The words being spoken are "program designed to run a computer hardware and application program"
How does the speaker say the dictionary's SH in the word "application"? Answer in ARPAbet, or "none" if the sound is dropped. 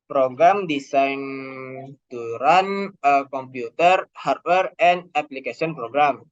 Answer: S